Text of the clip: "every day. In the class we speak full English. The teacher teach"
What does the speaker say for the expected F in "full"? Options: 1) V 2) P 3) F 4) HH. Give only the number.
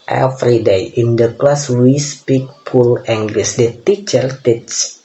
2